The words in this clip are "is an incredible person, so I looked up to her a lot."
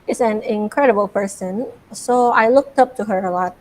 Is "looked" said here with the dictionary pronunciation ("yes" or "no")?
yes